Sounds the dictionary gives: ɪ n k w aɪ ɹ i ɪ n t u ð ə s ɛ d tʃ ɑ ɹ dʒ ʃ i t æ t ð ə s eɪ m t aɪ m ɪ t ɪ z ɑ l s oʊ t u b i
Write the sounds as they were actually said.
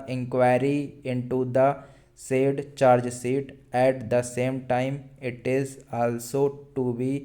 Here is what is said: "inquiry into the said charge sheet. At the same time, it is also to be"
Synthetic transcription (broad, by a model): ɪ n k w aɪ ɹ i ɪ n t u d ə s ɛ d tʃ ɑ ɹ dʒ s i t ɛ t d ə s eɪ m t aɪ m ɪ t ɪ z ɑ l s oʊ t u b i